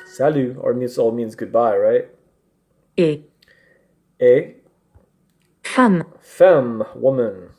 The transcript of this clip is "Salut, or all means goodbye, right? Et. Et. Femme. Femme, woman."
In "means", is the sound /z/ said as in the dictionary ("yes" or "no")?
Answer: yes